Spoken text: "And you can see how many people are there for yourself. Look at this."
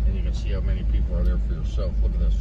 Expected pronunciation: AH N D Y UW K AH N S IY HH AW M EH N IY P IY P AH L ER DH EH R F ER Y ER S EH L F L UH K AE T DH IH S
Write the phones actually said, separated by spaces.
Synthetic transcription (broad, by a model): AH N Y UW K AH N S IY HH AW M EH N IY P IY P L ER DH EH R F ER Y ER S EH L F W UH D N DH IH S